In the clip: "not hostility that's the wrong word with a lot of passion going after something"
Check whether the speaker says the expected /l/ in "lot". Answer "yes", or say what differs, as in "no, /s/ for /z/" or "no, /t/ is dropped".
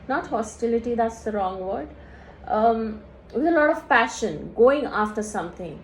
yes